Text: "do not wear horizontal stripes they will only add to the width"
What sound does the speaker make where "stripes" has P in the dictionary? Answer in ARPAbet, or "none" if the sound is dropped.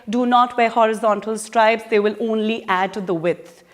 B